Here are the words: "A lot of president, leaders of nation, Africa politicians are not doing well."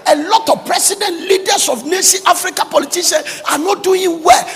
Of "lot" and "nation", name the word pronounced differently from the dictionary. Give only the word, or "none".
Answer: nation